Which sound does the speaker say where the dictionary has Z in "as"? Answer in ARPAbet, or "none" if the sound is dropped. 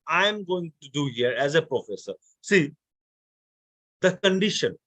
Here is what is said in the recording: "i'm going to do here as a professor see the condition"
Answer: Z